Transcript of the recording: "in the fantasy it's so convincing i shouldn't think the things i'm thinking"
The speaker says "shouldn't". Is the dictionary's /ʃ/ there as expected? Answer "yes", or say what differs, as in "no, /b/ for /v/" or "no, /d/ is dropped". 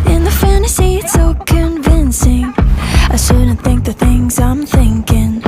no, /s/ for /ʃ/